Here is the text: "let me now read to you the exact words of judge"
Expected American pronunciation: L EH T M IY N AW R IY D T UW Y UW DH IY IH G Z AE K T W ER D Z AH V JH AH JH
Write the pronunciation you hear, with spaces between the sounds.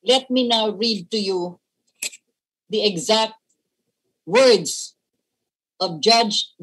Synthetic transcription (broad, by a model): L EH T M IY N AW R IY D T UW Y UW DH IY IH G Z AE K T W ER D S AH V JH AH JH